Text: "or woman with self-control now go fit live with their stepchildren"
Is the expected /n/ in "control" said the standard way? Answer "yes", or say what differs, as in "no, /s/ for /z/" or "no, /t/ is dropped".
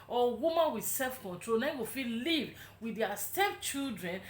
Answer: yes